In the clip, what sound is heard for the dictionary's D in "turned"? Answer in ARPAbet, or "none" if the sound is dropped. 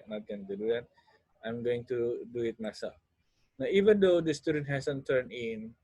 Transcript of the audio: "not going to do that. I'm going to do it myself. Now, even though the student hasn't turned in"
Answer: none